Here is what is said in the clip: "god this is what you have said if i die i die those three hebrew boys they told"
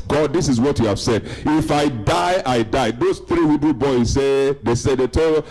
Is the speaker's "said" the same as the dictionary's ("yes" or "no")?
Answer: yes